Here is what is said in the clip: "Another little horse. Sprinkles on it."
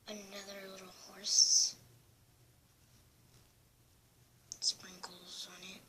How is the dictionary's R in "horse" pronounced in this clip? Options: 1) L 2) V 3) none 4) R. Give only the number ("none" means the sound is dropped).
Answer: 4